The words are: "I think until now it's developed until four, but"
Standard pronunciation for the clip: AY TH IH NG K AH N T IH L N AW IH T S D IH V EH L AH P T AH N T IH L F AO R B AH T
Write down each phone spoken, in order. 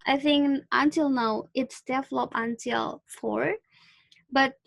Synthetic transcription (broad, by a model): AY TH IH NG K AH N T IH L N AW IH T S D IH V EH L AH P AH N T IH L F AO R B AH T